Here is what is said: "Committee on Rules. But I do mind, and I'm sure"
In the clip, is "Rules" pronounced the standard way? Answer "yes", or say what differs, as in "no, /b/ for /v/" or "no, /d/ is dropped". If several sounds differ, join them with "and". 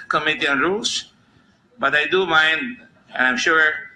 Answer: no, /s/ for /z/